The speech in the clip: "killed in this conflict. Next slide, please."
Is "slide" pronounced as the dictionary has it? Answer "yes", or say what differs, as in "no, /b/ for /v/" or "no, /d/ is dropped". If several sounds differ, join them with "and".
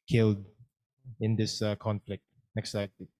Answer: no, /l/ is dropped